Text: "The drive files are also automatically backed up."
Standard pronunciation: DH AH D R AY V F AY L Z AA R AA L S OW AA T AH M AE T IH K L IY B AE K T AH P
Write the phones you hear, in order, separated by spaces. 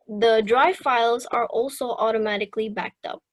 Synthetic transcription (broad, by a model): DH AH D R AY V F AY L Z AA R AA L S OW AA T AH M AE T IH K L IY B AE K T AH P